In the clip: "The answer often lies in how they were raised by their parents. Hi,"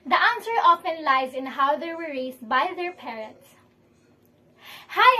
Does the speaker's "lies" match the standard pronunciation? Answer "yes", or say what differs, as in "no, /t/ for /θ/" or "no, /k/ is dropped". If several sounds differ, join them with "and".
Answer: yes